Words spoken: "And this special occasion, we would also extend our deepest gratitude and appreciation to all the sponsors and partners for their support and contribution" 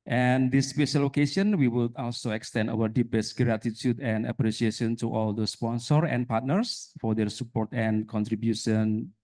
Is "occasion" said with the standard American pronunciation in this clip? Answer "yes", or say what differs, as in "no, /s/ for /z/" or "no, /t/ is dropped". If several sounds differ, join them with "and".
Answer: no, /ʃ/ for /ʒ/